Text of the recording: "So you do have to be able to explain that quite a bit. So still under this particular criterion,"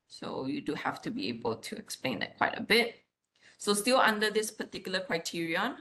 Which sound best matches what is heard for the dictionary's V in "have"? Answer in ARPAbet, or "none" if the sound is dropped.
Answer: F